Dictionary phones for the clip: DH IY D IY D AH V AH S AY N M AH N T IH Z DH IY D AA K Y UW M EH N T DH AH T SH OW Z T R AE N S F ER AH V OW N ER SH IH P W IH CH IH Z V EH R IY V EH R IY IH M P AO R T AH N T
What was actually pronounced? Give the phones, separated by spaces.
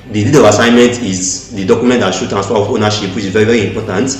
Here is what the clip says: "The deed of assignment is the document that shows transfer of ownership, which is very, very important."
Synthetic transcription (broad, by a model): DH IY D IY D AH V AH S AY N M AH N T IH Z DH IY D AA K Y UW M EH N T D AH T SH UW T AE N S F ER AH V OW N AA SH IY P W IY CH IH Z V EH R IY V EH R IY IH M P AO T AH N T